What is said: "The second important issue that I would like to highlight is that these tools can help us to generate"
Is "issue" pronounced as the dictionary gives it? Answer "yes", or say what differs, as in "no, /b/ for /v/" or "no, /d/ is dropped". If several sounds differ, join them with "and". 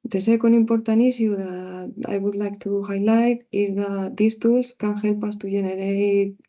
no, /s/ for /ʃ/